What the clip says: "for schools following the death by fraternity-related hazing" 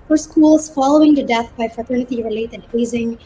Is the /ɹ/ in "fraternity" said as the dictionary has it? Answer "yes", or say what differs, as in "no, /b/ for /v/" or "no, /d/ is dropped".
yes